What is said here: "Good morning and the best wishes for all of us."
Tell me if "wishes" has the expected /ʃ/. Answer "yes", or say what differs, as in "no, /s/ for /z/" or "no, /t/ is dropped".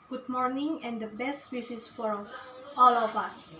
no, /s/ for /ʃ/